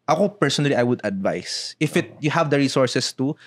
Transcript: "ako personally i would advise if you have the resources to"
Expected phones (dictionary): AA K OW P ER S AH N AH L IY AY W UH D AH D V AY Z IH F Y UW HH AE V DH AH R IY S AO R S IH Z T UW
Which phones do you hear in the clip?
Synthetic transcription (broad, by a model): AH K OW P ER S AH N AH L IY AY W UH D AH D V AY S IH F Y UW HH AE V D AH R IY S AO R S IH S T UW